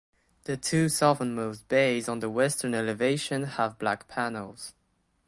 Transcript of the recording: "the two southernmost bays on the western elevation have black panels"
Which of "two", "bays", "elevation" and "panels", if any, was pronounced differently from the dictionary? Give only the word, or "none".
none